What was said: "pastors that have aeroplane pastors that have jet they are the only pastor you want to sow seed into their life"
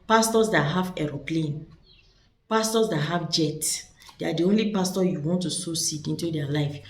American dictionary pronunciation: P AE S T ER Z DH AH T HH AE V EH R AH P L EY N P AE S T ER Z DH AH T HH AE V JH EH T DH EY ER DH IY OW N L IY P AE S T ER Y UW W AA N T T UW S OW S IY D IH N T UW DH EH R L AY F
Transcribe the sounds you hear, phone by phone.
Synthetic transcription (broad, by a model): P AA S T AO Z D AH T HH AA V EH R AH P L EY N P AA S T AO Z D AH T HH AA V JH EH T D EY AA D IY OW N L IY P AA S T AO Y UW W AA N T T UW S OW S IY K IH N T UW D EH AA L AY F